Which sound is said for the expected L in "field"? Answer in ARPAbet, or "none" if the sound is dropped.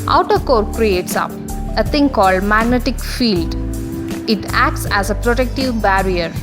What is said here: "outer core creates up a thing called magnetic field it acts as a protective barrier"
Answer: L